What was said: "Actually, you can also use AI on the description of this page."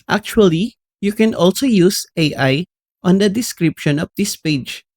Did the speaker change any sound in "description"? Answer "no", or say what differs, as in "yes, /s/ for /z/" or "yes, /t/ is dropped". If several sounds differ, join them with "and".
no